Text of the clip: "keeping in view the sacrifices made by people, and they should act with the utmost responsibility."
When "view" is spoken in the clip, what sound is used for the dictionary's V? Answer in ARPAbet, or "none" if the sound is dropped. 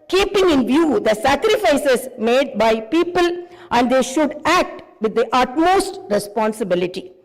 V